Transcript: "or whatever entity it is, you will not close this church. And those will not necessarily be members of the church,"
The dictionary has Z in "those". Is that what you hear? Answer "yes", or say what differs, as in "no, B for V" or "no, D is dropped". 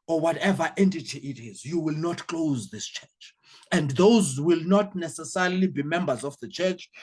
yes